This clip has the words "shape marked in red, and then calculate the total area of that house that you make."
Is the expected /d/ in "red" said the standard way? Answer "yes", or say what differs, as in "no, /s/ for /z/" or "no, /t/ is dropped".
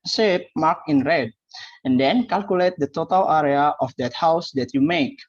yes